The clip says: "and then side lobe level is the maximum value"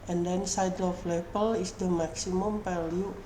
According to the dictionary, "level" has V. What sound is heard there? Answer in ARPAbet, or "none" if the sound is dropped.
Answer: B